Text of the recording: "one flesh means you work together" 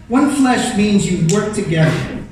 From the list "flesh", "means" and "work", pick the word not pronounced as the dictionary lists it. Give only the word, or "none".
none